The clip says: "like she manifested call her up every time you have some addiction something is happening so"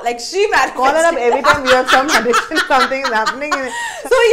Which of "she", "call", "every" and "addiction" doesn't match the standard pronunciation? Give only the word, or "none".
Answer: addiction